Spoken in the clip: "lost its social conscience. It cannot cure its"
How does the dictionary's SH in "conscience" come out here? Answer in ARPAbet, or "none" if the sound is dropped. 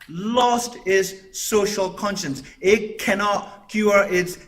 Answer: SH